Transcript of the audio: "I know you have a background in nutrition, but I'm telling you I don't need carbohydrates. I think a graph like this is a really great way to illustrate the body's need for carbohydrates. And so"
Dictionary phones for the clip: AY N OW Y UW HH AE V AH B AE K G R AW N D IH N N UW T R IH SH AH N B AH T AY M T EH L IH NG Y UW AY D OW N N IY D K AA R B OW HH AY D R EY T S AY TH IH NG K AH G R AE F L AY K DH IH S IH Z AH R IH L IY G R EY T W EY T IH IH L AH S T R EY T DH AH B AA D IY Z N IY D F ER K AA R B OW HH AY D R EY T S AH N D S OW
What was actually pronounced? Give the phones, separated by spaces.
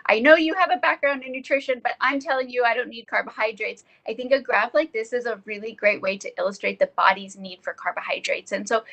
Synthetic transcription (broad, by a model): AY N OW Y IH V AH B AE K G R AW N D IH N N UW T R IH SH AH N B AH T AY M T EH L IH NG Y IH AY D OW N N IY D K AA R B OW HH AY D R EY T S AY TH IH NG K AH G R AE F L AY K DH IH S IH Z AH R IH L IY G R EY T W EY T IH IH L AH S T R EY T DH AH B AA D IY Z N IY D F ER K AA R B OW HH AY D R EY T S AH N S OW